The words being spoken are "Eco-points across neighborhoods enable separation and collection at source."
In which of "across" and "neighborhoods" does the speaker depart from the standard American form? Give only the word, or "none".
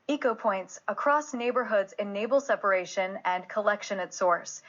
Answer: none